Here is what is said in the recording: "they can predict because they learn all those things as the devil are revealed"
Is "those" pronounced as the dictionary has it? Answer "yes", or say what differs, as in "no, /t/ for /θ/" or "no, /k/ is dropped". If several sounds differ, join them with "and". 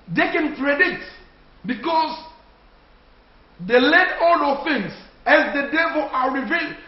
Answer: no, /z/ is dropped